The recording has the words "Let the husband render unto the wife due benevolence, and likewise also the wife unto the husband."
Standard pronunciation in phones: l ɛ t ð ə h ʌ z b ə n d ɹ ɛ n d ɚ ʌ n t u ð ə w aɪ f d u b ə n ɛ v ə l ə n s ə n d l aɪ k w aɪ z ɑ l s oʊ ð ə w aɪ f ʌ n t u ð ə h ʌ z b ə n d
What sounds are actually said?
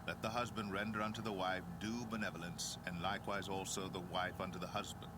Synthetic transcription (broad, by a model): l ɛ t ð ə h ʌ z b ə n d ɹ ɛ n d ɚ ʌ n t u ð ə w aɪ f d u b ə n ɛ v ə l ə n s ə n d l aɪ k w aɪ z ɑ l s oʊ ð ə w aɪ f ʌ n t u ð ə h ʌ z b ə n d